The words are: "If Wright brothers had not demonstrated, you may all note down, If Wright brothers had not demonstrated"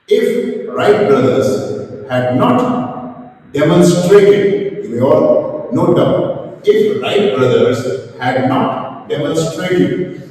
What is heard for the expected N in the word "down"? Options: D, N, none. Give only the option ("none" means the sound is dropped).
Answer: none